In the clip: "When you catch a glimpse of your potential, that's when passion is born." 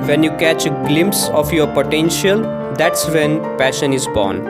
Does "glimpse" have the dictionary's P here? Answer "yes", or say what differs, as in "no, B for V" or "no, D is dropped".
yes